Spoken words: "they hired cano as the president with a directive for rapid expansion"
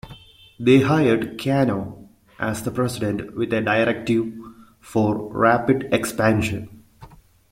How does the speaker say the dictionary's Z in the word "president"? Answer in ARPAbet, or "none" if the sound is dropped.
S